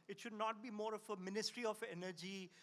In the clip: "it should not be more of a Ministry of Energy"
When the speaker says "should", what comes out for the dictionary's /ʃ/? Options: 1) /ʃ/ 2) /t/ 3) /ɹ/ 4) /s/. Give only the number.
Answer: 1